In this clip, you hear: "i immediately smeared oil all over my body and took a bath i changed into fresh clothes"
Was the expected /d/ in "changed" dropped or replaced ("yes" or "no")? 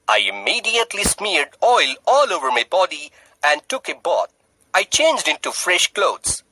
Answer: no